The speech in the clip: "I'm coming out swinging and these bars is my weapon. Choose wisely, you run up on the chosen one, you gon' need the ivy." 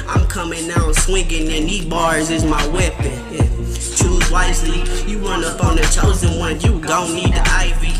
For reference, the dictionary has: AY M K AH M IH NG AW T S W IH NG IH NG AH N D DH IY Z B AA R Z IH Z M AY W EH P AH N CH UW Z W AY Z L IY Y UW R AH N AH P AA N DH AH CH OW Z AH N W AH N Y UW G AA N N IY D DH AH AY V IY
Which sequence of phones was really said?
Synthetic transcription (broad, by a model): AY M K AH M IH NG AW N S W IH NG IH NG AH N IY B AA R Z IH Z M AY W EH P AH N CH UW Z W AY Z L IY Y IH R AH N AH P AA N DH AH CH OW Z AH N W AH N Y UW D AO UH N IY D DH AH AY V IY